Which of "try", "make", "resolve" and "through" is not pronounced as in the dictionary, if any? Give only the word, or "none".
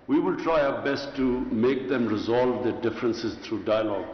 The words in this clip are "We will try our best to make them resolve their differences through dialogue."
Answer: through